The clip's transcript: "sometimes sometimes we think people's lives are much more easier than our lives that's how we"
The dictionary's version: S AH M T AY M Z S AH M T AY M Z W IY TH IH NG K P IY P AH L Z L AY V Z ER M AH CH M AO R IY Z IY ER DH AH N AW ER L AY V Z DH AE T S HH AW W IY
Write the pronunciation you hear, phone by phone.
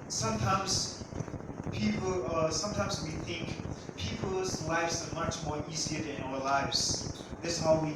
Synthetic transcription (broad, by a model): S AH M T AY M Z S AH M T AY M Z W IY TH IH NG K P IY P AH L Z L AY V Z ER M AH CH M AO R IY Z IY ER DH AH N AW ER L AY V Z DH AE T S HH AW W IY